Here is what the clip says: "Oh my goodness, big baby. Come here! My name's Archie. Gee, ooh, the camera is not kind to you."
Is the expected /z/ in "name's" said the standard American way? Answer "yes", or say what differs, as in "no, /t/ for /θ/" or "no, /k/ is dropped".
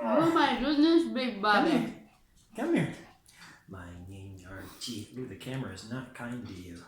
no, /z/ is dropped